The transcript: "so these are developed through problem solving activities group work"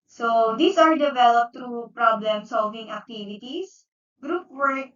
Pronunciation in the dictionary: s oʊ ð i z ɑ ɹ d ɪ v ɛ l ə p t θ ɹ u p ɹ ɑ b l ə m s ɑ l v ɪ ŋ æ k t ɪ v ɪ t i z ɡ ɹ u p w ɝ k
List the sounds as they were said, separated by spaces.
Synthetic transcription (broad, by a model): s oʊ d i s ɑ ɹ d ɪ v ɛ l ə p t ɹ u p ɹ ɑ b l ə m s ɑ l v ɪ ŋ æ k t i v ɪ t i s ɡ ɹ u p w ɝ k